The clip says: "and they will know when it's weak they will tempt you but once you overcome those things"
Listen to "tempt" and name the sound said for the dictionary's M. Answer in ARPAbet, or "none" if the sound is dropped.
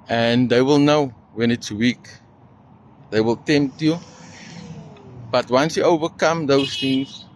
M